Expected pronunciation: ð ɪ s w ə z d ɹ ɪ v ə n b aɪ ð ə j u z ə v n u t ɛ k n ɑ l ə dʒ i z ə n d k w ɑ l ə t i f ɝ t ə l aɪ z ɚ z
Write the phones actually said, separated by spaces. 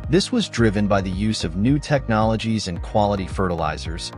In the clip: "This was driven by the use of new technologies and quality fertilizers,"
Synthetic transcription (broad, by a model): ð ɪ s w ə z d ɹ ɪ v ə n b aɪ ð ə j u z ə v n u t ɛ k n ɑ l ə dʒ i z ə n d k w ɑ l ə t i f ɝ t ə l aɪ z ɚ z